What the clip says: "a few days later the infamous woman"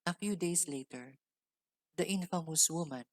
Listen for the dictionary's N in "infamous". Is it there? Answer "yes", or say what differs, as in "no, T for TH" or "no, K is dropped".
yes